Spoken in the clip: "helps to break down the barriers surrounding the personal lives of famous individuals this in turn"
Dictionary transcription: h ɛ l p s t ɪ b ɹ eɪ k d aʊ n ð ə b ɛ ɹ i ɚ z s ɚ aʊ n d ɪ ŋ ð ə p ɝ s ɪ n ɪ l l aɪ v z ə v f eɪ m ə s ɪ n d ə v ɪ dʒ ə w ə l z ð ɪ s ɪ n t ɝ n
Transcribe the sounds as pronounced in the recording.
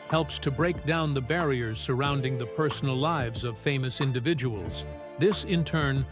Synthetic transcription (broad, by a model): h ɛ l p s t ɪ b ɹ eɪ k d aʊ n ð ə b ɛ ɹ i ɚ z s ɚ aʊ n d ɪ ŋ ð ə p ɝ s n l l aɪ v z ə v f eɪ m ə s ɪ n d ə v ɪ dʒ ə w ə l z ð ɪ s ɪ n t ɝ n